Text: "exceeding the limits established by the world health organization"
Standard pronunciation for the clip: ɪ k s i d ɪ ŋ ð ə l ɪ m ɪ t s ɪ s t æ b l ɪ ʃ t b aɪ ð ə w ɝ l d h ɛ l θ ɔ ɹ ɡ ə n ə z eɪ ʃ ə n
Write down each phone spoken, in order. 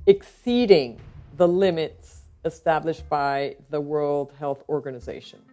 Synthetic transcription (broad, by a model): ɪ k s i d ɪ ŋ ð ə l ɪ m ɪ t s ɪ s t æ b l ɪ ʃ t b aɪ ð ə w ɝ l d h ɛ l θ ɔ ɹ ɡ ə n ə z eɪ ʃ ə n